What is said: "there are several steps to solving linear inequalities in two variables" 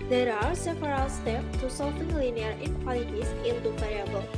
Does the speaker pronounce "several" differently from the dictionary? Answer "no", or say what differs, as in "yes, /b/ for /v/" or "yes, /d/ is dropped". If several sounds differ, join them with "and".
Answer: yes, /p/ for /v/